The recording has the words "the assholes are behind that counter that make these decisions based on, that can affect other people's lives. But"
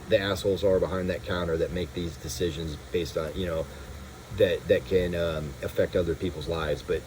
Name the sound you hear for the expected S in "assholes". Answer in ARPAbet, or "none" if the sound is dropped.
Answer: S